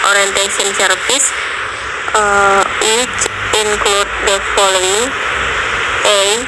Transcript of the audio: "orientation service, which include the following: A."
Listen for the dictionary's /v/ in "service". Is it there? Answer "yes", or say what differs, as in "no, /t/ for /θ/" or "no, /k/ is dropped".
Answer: no, /p/ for /v/